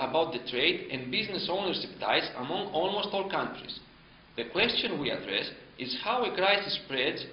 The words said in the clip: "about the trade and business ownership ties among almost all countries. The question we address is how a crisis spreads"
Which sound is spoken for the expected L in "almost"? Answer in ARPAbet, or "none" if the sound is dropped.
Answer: L